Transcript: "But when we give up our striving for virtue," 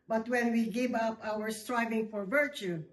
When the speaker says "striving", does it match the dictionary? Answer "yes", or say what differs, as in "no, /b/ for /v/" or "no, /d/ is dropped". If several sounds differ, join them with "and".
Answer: yes